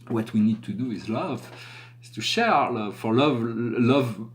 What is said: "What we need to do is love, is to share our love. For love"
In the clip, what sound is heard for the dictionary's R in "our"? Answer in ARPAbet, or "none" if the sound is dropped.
R